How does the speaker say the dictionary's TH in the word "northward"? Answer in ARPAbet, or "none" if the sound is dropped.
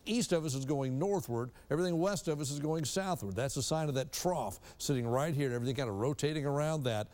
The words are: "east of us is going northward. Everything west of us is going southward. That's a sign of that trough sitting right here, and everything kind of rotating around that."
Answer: TH